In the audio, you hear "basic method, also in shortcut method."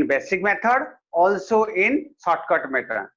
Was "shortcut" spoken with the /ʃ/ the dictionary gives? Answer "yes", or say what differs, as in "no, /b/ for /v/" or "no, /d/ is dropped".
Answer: no, /s/ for /ʃ/